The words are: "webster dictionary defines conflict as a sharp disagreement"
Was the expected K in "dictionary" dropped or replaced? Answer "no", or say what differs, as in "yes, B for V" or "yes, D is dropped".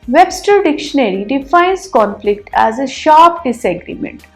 no